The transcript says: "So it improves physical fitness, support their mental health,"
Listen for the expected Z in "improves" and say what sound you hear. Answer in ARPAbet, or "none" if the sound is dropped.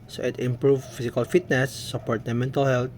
none